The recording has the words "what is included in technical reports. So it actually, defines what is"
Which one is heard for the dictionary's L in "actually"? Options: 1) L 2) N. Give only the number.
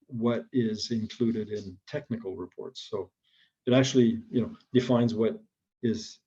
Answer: 2